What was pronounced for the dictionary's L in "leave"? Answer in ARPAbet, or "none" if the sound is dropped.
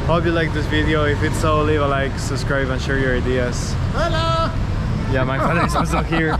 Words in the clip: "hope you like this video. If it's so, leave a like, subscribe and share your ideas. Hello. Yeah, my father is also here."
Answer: L